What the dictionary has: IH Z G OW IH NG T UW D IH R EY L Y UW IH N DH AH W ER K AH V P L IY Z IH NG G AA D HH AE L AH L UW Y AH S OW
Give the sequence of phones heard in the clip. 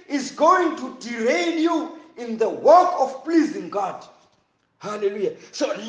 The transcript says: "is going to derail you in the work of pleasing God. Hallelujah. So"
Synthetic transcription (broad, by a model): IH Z G OW IH NG T UW D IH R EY N Y UW IH N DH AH W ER K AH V P L IY Z IH NG G AA D HH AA L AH L UW Y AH S OW